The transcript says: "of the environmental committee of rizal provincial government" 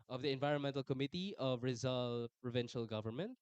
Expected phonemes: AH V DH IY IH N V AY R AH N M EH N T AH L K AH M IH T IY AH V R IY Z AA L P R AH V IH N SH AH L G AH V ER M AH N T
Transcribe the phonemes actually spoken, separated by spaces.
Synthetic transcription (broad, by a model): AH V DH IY IH N V AY R AH N M EH N T AH L K AH M IH T IY AH V R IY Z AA L P R AH V IH N SH AH L G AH V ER M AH N T